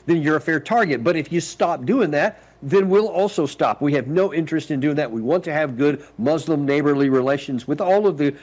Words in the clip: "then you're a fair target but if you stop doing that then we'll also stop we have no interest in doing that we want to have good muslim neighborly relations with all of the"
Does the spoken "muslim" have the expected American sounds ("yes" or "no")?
yes